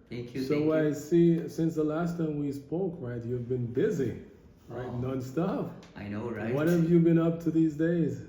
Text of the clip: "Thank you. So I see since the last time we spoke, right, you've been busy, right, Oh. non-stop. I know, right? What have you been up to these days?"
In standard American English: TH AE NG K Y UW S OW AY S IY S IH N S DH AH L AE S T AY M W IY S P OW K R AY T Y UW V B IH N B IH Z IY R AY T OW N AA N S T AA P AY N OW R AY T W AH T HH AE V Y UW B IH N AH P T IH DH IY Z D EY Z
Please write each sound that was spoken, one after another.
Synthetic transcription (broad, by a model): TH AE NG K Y S OW AY S IY S IH N S DH AH L AE S T AY M W IY S P OW K R AY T Y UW V B IH N B IH Z IY R AY T N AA N S T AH F AY N OW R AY W AH T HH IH V Y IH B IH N AH P T IH DH IY Z D EY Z